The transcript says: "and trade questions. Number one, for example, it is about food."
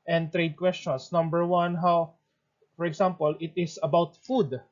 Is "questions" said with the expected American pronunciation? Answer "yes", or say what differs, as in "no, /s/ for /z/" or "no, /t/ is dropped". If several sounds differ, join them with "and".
no, /s/ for /z/